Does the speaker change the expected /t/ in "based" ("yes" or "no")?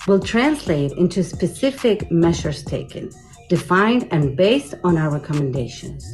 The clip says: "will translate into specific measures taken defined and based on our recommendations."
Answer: no